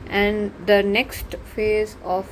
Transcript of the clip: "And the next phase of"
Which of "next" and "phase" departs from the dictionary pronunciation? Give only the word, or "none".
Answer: none